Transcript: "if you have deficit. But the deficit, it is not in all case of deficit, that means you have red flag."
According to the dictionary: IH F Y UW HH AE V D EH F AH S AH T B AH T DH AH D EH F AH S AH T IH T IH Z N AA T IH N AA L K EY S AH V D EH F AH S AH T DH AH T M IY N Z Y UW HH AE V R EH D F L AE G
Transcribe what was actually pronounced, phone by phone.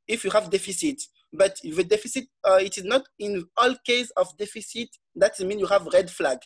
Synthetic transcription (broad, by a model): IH F Y UW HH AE V D EH F AH S AH T B AH T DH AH D EH F AH S AH T IH T IH Z N AA T IH N AA L K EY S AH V D EH F AH S AH T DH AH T M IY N Y UW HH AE V R EH D F L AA G